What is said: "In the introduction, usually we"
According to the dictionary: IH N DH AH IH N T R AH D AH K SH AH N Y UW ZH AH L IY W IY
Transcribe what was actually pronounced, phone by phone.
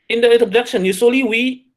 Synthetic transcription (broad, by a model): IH N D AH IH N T AH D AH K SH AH N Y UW S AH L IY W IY